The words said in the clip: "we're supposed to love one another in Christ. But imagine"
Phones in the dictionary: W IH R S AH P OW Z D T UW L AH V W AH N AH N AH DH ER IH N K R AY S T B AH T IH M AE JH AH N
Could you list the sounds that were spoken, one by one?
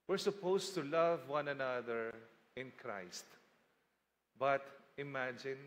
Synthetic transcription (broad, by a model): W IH R S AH P OW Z T UW L AH V W AH N AH N AH DH ER IH N K R AY S T B AH T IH M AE JH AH N